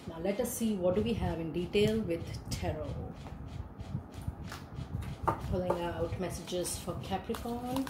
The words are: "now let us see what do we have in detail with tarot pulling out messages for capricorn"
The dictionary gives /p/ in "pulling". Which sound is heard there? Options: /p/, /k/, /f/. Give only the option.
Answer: /f/